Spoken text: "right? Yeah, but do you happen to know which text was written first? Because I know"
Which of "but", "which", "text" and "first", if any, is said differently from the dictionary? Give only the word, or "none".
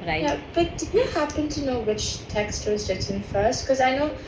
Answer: none